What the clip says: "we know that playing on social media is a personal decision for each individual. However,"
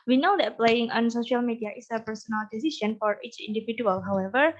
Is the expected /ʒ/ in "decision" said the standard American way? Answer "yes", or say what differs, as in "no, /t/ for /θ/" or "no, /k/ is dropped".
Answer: no, /s/ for /ʒ/